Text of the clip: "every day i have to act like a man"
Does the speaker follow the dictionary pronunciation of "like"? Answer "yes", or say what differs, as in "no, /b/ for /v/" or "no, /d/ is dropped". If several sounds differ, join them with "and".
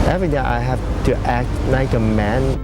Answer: no, /n/ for /l/